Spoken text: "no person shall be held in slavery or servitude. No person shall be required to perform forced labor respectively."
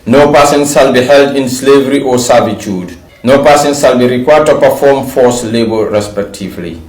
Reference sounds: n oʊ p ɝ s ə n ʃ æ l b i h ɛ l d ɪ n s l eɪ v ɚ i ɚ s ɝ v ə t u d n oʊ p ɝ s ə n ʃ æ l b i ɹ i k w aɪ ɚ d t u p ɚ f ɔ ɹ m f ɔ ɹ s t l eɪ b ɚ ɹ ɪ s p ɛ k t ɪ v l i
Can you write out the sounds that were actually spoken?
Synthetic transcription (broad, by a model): n oʊ p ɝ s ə n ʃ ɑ l b i h ɛ l d ɪ n s l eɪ v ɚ i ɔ s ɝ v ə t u d n oʊ p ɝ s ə n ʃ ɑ l b i ɹ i k w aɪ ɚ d t u p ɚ f ɔ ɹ m f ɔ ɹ s l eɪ b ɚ ɹ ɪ s p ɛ k t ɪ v l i